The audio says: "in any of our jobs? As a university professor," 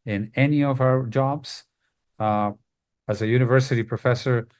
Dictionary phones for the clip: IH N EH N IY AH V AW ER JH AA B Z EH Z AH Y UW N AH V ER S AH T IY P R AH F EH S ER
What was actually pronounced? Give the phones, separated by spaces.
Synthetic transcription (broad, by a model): IH N EH N IY AH V AW ER JH AA B Z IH Z AH Y UW N AH V ER S AH T IY P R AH F EH S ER